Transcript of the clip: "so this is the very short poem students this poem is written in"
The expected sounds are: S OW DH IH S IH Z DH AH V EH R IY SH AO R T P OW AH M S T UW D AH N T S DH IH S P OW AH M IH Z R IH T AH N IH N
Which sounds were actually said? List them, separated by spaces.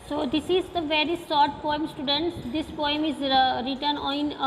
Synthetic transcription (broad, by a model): S OW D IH S IH Z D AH V EH R IY S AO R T P OW AH M S T UW D AH N T S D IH S P OW AH M IH Z R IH T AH N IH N